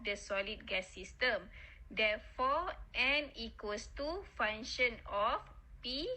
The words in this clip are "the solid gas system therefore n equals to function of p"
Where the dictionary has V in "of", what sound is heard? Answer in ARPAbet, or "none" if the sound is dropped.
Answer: F